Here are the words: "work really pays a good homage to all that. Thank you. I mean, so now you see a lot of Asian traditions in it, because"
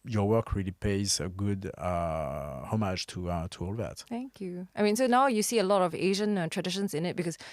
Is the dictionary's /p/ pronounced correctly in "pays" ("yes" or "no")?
yes